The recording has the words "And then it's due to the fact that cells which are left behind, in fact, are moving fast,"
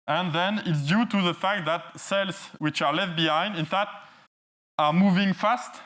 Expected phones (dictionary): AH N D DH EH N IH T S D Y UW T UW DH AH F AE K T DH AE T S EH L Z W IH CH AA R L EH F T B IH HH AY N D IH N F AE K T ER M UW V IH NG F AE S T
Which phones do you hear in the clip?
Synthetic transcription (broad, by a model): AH N DH EH N IH T S D Y UW T UW DH AH F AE K T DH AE T S EH L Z W IH CH AA R L EH F T B IH HH AY N D IH N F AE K T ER M UW V IH NG F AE S T